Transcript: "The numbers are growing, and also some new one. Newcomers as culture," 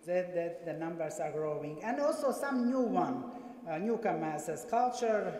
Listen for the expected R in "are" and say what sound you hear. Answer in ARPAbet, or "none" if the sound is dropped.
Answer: R